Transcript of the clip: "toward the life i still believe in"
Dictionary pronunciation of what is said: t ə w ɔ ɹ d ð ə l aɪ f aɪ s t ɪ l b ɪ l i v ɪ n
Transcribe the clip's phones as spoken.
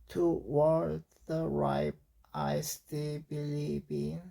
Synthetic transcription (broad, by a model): t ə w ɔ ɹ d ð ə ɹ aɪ p aɪ s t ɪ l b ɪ l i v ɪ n